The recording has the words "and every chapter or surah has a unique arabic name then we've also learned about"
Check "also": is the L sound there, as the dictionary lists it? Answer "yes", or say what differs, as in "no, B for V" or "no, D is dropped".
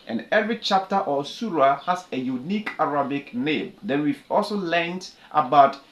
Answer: yes